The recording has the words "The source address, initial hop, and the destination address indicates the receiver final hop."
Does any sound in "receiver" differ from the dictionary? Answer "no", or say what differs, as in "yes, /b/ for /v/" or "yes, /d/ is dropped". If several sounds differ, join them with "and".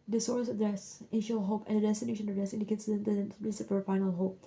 yes, /p/ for /v/